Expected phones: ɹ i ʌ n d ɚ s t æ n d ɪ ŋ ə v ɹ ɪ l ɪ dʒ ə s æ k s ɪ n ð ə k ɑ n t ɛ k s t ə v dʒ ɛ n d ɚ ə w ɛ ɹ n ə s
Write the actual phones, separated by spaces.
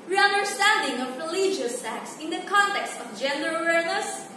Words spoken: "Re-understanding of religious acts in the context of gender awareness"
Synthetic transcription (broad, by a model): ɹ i ʌ n d ɚ s t æ n d ɪ ŋ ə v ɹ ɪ l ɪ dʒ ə s æ k s ɪ n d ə k ɑ n t ɛ k s t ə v dʒ ɛ n d ɚ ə w ɛ ɹ n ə s